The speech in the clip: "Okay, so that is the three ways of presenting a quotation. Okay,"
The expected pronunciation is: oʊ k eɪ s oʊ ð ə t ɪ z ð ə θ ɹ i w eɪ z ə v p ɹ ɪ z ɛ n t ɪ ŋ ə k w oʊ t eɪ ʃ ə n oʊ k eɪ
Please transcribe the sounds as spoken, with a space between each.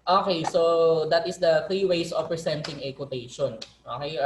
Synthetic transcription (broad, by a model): oʊ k eɪ s oʊ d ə t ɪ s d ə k i w eɪ s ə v p ɹ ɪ s ɛ n t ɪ ŋ ə k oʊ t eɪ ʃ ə n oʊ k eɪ